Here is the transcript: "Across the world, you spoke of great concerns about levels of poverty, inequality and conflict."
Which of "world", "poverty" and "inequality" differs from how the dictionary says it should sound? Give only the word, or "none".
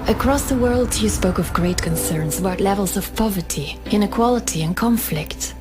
none